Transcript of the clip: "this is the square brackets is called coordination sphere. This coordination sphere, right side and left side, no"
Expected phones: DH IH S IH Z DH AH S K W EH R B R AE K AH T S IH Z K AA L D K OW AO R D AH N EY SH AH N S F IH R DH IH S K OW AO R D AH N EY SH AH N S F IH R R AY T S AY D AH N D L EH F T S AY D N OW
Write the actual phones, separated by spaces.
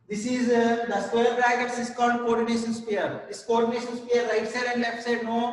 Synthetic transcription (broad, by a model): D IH S IH Z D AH S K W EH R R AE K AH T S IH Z K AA N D K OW AO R D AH N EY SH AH N S P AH R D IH S K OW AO R D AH N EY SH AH N S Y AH R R AY T S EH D AH N D L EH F T S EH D N OW